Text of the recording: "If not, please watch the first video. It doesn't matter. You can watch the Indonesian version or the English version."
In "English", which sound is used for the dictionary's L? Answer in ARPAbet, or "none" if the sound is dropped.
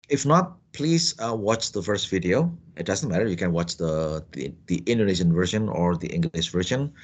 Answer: N